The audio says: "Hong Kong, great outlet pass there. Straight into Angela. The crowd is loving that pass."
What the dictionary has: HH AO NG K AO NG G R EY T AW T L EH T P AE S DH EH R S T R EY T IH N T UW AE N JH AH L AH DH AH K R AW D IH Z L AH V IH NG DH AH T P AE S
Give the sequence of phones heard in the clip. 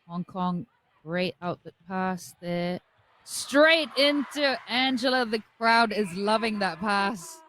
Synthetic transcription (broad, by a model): HH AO NG K AO NG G R EY T AW T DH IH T P AE S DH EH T S T R EY T IH N T UW AE N JH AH AH DH AH K R AW D IH Z L AH V IH NG DH AH T P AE S